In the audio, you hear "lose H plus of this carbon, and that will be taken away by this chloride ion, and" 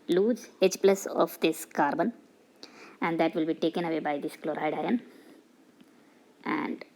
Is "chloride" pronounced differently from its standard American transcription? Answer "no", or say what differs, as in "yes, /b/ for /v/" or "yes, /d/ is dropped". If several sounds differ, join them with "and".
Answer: no